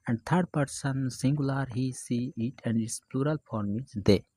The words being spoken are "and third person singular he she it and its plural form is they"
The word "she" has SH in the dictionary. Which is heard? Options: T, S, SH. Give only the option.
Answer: S